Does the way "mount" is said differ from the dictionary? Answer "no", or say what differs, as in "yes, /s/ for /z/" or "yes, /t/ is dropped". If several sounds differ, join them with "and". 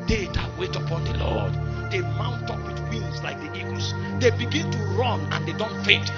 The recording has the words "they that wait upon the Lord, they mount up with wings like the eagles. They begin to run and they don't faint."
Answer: no